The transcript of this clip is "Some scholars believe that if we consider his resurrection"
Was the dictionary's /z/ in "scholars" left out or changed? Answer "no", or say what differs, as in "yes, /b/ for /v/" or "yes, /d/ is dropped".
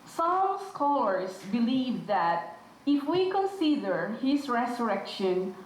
yes, /s/ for /z/